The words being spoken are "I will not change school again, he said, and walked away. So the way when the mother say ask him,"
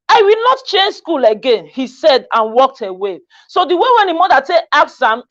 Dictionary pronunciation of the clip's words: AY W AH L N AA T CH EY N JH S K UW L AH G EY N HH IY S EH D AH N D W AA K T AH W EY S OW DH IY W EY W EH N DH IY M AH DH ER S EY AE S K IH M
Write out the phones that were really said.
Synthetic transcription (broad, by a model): AY W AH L N AA T CH EY N JH S K UW L AH G EY N HH IY S EH D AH N W AA K T AH W EY S OW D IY W EY W EH N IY M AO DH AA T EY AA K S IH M